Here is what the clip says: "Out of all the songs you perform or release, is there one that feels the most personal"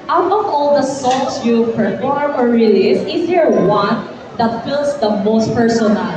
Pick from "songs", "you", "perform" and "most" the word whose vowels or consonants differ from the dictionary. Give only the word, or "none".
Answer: songs